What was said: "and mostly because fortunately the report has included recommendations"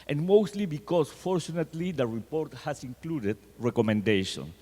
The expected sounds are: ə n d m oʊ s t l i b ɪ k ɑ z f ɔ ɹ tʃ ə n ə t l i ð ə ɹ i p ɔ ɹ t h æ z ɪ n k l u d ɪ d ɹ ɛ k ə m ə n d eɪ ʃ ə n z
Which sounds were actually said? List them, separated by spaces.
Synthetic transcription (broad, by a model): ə n m oʊ s t l i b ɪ k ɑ s f ɔ ɹ tʃ ə n ə t l i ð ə ɹ i p ɔ ɹ t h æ s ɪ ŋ k l u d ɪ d ɹ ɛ k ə m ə n d eɪ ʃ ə n